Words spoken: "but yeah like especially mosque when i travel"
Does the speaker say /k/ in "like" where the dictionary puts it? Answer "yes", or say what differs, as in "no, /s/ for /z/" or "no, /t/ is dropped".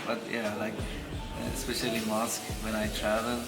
yes